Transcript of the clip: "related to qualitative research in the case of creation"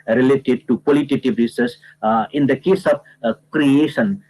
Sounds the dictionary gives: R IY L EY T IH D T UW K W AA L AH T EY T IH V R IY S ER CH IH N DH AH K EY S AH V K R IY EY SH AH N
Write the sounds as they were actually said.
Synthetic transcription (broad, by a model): R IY L EY T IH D T UW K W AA L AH T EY T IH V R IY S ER S IH N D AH K EY S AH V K R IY EY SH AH N